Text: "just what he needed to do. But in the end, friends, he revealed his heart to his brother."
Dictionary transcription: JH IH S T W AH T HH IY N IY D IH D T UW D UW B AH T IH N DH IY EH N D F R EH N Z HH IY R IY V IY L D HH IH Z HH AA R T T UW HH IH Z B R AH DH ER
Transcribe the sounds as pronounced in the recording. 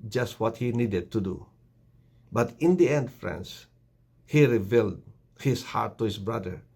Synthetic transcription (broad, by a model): JH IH S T W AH T HH IY N IY D IH D T UW D UW B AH T IH N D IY EH N D F R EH N S HH IY R IY V IY L D HH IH S HH AA R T T UW HH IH S B R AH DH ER